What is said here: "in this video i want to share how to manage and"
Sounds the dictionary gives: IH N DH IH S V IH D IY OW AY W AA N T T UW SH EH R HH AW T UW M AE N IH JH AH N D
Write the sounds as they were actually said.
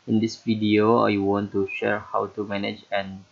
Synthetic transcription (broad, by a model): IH N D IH S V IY D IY OW AY W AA N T T UW SH EH R HH AW T UW M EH N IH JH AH N